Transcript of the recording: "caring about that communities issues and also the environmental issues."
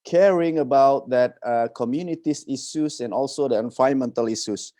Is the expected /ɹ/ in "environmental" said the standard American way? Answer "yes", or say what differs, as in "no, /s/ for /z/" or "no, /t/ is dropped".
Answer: no, /ɹ/ is dropped